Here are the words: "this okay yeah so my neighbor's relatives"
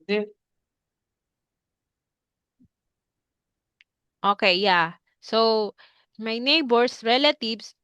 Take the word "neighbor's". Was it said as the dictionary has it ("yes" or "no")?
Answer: no